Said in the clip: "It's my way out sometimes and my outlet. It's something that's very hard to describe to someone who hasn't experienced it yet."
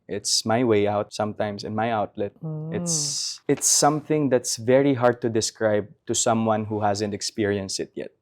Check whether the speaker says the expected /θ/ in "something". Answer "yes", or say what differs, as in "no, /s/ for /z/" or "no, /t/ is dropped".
yes